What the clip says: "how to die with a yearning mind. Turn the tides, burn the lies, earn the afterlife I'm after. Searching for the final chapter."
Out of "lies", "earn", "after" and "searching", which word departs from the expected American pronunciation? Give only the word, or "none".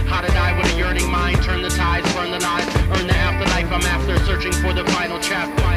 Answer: lies